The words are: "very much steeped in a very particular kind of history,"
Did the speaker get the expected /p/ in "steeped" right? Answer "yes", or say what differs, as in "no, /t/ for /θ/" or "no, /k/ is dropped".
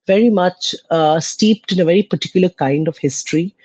yes